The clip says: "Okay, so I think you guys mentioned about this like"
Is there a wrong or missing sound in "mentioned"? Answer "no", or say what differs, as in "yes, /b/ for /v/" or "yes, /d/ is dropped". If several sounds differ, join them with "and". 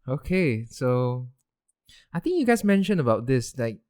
yes, /d/ is dropped